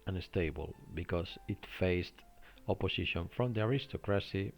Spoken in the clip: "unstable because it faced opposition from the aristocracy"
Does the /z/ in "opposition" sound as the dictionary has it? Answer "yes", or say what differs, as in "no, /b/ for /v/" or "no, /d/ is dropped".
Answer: no, /s/ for /z/